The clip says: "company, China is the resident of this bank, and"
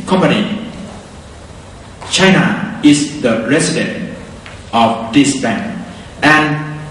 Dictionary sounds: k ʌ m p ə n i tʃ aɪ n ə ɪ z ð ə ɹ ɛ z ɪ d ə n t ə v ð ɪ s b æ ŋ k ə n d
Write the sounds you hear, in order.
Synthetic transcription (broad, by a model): k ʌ m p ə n i tʃ aɪ n ə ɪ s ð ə ɹ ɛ s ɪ d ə n t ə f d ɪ s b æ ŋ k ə n